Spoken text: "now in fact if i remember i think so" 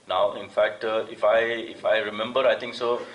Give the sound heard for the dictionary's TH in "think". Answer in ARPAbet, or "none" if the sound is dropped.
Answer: T